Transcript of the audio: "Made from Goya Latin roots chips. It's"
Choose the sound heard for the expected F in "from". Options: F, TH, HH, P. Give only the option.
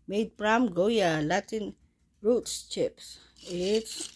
P